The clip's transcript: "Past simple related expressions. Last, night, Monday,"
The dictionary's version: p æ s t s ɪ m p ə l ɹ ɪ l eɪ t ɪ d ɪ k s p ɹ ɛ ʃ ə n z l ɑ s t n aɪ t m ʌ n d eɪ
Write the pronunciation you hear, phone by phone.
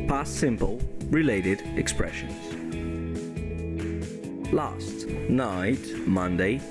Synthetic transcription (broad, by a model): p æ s s ɪ m p ə l ɹ ɪ l eɪ t ɪ d ɪ k s p ɹ ɛ ʃ ə n z l ɑ s t n aɪ t m ʌ n d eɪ